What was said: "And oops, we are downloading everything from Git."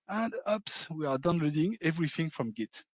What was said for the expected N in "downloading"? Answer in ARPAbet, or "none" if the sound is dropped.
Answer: N